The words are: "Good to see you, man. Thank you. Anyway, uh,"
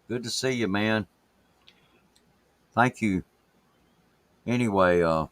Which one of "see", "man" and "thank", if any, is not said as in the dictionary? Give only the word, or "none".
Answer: none